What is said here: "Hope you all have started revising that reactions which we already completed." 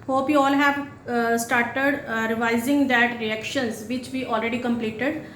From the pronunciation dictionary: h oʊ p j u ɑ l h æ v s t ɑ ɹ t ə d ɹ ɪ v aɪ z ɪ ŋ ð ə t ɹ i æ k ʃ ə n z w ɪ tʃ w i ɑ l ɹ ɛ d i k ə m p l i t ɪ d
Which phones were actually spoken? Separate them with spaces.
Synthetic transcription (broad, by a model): h oʊ p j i ɑ l h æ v s t ɑ ɹ t ə d ɹ ɪ v aɪ z ɪ ŋ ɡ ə t ɹ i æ k ʃ ə n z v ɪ tʃ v i ɑ l ɹ ɛ d i k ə m p l i t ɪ d